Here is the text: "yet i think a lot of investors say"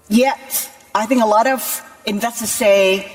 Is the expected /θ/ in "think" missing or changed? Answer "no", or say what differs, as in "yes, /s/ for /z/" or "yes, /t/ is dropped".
no